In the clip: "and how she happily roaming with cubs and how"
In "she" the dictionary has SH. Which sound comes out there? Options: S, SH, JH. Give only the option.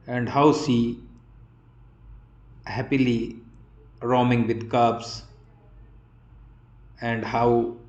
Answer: S